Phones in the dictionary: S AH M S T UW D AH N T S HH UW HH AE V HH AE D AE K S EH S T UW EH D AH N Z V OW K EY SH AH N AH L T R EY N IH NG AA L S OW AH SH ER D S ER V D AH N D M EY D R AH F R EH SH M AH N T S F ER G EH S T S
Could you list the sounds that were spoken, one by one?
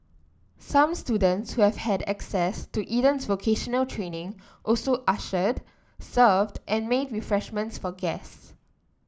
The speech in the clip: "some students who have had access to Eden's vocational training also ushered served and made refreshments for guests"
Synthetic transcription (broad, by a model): S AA M S T UW D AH N T S HH UW HH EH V HH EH D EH K S EH S T UW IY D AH N S V OW K EY SH AH N AH L T R EY N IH NG AA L S OW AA SH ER D S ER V D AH N M EY D R AH F R EH SH M AH N T S F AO G EH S S